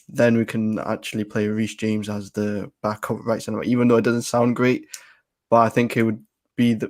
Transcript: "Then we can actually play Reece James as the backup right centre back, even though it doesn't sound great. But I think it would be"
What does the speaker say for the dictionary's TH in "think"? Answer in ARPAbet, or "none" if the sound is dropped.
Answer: TH